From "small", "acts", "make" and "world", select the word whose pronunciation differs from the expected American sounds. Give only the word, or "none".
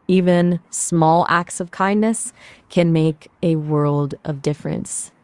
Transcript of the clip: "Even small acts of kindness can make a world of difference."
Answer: none